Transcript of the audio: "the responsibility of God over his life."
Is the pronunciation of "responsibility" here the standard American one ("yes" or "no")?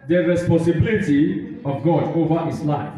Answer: no